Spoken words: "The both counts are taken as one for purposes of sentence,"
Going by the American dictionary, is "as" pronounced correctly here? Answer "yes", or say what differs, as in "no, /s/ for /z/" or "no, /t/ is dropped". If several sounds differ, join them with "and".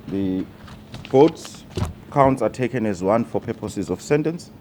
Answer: yes